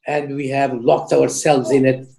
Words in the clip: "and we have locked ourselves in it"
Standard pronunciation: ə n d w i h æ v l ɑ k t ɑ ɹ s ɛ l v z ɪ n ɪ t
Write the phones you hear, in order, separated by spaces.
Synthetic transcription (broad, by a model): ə n d w i h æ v l ɑ k t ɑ ɹ s ɛ l v z ɪ n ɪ t